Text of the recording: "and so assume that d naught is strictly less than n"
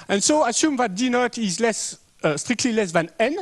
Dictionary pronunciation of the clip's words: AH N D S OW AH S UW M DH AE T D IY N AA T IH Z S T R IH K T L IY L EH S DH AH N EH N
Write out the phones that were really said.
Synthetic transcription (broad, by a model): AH N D S OW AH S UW M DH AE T D IY N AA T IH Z S T R IH K T L IY L EH S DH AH N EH N